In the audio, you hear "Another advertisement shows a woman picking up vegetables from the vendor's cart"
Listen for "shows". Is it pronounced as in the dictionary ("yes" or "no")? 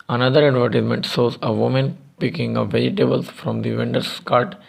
no